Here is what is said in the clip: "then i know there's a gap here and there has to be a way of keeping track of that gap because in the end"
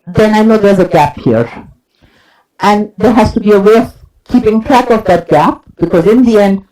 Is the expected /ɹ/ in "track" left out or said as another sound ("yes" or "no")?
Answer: no